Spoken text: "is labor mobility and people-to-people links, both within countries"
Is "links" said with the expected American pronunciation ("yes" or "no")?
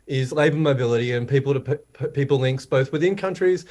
yes